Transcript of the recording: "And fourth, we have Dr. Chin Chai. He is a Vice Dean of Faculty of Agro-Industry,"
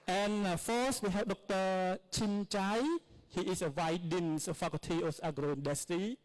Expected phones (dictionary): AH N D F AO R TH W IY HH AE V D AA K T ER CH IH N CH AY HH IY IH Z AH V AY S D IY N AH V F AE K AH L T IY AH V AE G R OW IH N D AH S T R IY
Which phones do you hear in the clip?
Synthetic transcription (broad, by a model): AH N F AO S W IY HH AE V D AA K T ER CH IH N CH AY HH IY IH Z AH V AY D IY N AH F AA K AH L T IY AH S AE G R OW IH N D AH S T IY